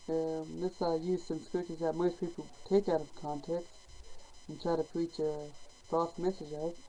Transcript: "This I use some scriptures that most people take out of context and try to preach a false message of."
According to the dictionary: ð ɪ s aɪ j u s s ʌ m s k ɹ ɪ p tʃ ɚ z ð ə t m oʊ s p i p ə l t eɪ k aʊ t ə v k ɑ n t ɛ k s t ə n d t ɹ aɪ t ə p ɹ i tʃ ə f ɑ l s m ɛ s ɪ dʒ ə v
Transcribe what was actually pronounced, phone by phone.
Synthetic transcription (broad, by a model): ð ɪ s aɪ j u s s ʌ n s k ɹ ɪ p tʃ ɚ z ð ə t m oʊ s p i p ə l t eɪ k aʊ t ə v k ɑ n t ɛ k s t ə n t ɹ aɪ t ə p ɹ i tʃ ə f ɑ s m ɛ s ɪ dʒ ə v